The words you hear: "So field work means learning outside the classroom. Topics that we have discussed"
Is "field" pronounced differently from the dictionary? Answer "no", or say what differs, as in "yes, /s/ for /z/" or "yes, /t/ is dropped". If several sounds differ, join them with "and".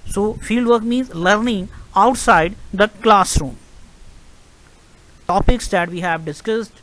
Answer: yes, /l/ is dropped